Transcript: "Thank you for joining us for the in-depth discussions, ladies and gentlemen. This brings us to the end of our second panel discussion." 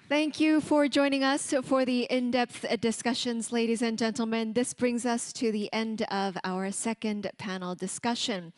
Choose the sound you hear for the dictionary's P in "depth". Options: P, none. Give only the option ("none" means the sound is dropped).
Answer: P